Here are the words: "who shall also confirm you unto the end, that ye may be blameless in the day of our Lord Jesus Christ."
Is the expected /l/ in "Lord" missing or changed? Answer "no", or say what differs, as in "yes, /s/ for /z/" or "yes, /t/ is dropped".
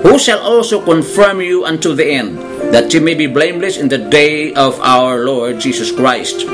no